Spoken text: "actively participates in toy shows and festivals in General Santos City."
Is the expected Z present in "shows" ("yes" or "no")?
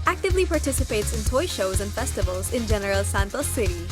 yes